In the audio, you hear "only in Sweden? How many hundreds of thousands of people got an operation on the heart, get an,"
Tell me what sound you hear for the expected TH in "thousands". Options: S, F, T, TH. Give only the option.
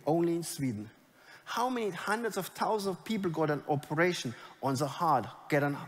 T